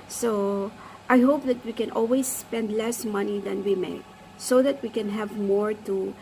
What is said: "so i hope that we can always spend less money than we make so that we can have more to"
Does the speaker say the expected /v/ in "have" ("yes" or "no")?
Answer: yes